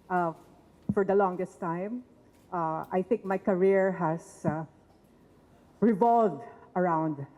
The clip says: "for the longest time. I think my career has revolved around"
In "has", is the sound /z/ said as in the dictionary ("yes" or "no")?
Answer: no